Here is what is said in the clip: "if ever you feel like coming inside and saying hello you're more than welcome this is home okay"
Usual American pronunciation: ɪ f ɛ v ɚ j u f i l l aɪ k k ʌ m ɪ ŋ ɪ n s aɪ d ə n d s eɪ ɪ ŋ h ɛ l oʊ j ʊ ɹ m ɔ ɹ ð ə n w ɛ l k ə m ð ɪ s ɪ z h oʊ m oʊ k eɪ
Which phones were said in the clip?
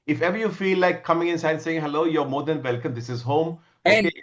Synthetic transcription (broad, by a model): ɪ f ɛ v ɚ j u f i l l aɪ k k ʌ m ɪ ŋ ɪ n s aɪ ə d s eɪ ɪ ŋ h ɛ l oʊ j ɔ m ɔ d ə n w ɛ l k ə m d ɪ s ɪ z h oʊ m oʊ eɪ